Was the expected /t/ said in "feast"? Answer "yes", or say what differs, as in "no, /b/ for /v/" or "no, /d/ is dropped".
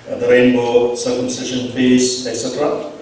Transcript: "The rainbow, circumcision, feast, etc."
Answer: no, /t/ is dropped